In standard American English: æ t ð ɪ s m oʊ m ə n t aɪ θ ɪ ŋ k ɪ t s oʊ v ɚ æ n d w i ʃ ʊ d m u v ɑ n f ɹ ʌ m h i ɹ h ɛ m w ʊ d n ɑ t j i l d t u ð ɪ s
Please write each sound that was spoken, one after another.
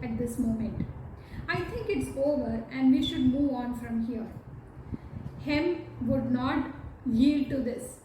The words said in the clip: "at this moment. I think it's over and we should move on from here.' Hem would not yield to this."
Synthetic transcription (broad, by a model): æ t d ɪ s m oʊ m ə n t aɪ t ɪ ŋ k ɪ t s oʊ v ɚ æ n d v i ʃ ʊ d m u v ɑ n f ɹ ʌ m h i ɹ h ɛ m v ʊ d n ɑ t j i l d t u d ɪ s